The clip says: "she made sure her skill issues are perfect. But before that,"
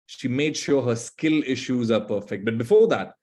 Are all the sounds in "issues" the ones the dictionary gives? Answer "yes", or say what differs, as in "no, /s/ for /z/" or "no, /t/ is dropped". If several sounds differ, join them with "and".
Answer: yes